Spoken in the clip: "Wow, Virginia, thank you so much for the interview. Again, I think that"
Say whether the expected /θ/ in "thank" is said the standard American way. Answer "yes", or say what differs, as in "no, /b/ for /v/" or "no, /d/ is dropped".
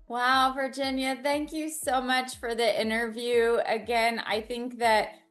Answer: yes